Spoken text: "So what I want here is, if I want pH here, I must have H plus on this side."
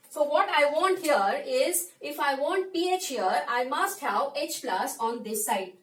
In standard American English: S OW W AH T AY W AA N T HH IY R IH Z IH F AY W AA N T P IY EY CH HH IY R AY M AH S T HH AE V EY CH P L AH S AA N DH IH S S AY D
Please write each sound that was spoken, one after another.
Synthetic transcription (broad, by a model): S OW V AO T AY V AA N T HH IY R IH Z IH F AY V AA N T P IY EY CH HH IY R AY M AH S T HH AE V EY CH P L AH S AA N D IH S S AY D